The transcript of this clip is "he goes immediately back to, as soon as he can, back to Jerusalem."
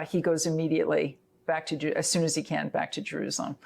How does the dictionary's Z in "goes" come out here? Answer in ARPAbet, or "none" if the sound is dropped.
Z